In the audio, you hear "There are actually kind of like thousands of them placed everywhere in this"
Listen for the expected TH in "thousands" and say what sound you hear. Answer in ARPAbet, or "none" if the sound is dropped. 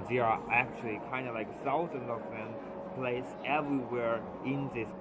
S